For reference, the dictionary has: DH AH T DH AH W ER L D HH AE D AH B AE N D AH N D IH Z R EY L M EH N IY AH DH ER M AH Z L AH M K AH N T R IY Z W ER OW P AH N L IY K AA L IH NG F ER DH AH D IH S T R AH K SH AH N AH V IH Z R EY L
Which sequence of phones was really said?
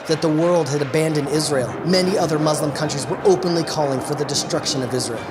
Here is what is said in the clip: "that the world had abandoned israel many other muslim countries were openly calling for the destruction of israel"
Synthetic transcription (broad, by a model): DH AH T DH AH W ER L D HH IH D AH B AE N D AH N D IH Z R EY L M EH N IY AH DH ER M AH Z L AH M K AH N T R IY Z W ER OW P AH N L IY K AA L IH NG F ER DH AH D IH S T R AH K SH AH N AH V IH Z R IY L